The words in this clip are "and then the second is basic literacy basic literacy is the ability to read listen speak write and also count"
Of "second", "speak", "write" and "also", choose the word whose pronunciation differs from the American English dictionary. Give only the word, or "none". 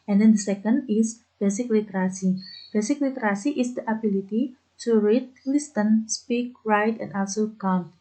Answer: none